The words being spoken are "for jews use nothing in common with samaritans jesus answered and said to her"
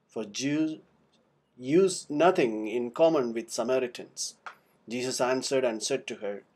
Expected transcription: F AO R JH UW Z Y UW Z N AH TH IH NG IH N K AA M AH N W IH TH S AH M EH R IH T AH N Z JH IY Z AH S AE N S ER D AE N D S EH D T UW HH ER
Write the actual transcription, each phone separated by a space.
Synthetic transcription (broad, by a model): F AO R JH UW Y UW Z N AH T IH NG IH N K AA M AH N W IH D S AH M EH R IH T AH N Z JH IY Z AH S AE N S ER D AE N D S EH D T UW HH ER